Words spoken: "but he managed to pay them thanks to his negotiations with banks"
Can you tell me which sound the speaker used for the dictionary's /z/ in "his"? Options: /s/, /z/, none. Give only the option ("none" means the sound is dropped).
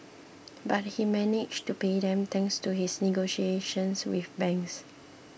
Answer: /s/